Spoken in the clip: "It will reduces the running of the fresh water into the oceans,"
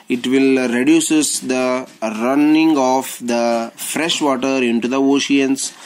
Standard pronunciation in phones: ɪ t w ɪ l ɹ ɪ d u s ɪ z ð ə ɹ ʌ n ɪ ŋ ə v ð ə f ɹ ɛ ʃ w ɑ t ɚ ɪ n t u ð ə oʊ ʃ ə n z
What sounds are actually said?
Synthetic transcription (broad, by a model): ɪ t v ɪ l ɹ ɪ d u s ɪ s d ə ɹ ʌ n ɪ ŋ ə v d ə f ɹ ɛ ʃ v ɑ t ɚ ɪ n t u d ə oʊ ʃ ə n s